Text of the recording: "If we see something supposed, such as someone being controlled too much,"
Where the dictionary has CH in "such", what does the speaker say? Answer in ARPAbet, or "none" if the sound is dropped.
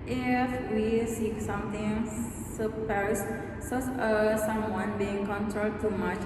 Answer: S